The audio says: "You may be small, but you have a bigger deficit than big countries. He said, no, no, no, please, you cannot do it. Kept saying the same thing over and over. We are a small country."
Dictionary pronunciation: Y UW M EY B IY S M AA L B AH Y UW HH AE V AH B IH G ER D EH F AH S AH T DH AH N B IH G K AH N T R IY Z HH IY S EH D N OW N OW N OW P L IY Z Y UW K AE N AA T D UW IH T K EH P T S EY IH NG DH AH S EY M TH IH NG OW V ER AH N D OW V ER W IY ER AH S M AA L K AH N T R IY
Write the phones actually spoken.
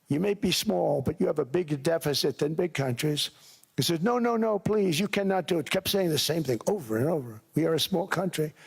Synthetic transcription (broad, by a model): Y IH M EY B IY S M AA L B AH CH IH V AH B IH G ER D EH F AH S AH T DH AH N B IH G K AH N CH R IY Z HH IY S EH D N OW N OW N OW P L IY Z Y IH K AE N AA T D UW IH T K EH P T S EY IH NG DH AH S EY M TH IH NG OW V ER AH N OW V ER W IY ER AH S M AA L K AH N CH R IY